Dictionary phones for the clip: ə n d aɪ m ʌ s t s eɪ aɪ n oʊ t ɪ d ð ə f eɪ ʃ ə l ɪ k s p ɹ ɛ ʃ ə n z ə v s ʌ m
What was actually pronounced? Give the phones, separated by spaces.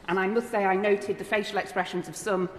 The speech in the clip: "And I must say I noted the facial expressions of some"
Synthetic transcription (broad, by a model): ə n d aɪ m ʌ s t s eɪ aɪ n oʊ t ɪ d ð ə f eɪ ʃ ə l ɪ k s p ɹ ɛ ʃ ə n z ə v s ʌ m